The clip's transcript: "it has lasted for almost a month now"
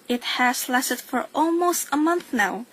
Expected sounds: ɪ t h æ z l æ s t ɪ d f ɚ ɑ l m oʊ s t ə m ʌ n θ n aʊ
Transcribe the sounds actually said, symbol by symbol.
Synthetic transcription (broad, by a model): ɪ t h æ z l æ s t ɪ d f ɚ ɑ l m oʊ s t ə m ʌ n θ n aʊ